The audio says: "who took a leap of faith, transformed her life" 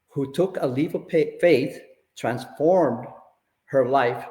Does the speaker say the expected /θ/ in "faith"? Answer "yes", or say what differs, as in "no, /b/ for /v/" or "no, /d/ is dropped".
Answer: yes